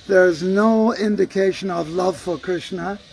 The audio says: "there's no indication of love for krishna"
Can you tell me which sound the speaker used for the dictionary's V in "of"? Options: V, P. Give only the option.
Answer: V